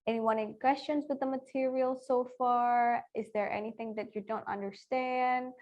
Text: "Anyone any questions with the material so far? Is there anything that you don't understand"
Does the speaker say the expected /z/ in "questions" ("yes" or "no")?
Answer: yes